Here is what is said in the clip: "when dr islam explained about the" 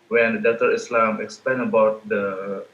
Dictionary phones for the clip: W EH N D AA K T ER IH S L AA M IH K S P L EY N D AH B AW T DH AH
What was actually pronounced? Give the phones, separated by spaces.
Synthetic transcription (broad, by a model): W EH N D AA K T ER IH S L AA M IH K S P L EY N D AH B AW T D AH